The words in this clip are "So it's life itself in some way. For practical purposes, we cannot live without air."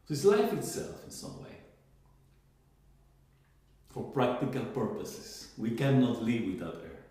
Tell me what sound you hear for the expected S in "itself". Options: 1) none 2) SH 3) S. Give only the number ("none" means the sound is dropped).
3